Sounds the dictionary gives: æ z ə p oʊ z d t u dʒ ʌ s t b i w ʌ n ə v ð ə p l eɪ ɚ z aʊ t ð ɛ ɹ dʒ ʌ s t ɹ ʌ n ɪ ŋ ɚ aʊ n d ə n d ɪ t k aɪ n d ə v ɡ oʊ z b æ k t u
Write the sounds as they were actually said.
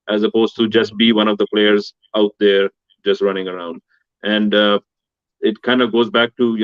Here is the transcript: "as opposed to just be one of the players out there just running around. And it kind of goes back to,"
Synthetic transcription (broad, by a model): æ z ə p oʊ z t u dʒ ʌ s t b i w ʌ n ə v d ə p l eɪ ɚ z aʊ t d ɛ ɹ dʒ ʌ s t ɹ ʌ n ɪ ŋ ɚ aʊ n d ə n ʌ ɪ t k aɪ n d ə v ɡ oʊ z b æ k t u